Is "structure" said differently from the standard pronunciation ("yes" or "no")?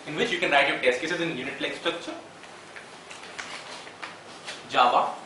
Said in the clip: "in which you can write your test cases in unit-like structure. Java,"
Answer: no